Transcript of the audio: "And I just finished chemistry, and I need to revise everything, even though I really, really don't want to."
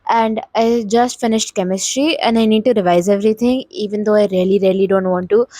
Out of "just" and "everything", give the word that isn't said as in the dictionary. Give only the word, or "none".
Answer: everything